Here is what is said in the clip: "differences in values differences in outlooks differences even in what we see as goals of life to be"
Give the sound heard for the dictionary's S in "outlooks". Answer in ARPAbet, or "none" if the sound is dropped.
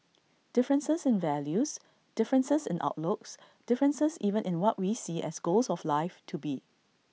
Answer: S